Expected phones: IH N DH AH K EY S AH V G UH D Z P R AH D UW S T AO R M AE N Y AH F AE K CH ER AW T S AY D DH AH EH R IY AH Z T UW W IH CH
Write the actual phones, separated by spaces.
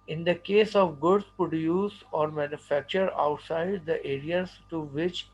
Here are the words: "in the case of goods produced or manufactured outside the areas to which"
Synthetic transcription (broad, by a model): IH N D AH K EY S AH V G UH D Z P R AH D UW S AO R M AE N Y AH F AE K CH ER AW T S AY D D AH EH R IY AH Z T UW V IH CH